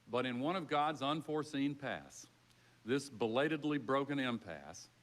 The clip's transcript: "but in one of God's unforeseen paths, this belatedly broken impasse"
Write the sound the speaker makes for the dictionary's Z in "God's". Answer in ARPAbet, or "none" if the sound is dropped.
Z